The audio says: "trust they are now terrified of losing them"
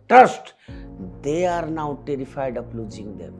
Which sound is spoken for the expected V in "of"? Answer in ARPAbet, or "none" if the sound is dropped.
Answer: P